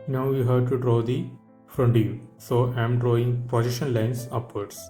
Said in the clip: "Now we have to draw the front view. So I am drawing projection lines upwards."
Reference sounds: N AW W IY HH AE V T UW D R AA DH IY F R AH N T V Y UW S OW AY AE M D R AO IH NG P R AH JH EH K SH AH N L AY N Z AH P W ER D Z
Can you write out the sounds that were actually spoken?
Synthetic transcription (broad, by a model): N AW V IY HH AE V T UW D R AA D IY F R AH N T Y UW S OW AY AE M D R AO IH NG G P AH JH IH SH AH N L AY N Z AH P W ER D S